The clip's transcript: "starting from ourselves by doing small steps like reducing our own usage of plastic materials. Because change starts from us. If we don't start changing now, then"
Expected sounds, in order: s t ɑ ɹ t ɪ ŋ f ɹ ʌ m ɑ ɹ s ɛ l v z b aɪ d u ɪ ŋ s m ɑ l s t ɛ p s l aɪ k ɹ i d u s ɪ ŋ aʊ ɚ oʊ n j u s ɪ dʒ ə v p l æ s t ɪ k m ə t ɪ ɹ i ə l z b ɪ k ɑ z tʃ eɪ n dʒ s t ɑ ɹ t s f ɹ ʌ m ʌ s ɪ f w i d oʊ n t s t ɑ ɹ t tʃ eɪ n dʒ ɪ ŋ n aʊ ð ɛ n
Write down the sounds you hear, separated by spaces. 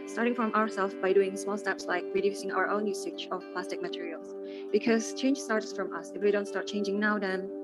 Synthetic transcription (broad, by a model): s t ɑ ɹ t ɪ ŋ f ɹ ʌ m ɑ ɹ s ɛ l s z b aɪ d u ɪ ŋ s m ɑ l s t ɛ p s l aɪ k ɹ i d u s ɪ ŋ aʊ ɚ oʊ n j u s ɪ tʃ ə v p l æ s t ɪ k m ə t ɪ ɹ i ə l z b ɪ k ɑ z tʃ eɪ n dʒ s t ɑ ɹ t s f ɹ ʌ m ʌ s ɪ f w i d oʊ n t s t ɑ ɹ t tʃ eɪ n dʒ ɪ ŋ n aʊ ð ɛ n